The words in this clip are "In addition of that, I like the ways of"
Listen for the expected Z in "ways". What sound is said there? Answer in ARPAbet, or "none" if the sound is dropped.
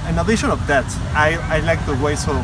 S